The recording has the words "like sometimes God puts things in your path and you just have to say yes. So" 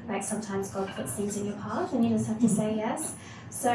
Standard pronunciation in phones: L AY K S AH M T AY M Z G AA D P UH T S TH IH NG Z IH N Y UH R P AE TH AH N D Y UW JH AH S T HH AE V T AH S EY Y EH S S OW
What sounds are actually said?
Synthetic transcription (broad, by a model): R AY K S AH M T AY M Z G AA D P UH T S TH IH NG Z IH N Y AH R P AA T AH N Y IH JH AH S T HH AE F T AH S EY Y EH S S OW